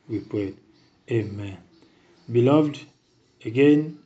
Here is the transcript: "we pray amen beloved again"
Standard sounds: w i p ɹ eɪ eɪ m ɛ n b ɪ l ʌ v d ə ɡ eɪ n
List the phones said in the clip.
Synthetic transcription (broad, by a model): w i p w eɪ eɪ m ɛ n b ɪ l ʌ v d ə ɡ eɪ n